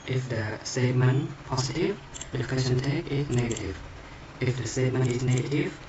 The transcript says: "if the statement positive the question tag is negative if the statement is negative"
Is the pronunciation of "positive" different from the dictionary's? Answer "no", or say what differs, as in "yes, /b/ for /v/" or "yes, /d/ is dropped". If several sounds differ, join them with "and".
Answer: yes, /s/ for /z/